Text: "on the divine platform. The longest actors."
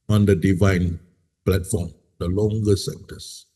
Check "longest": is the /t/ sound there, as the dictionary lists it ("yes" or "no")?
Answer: no